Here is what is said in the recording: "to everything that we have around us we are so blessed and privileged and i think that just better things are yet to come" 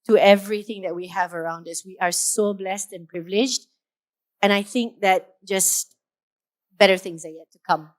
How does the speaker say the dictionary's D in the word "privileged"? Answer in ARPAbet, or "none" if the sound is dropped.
D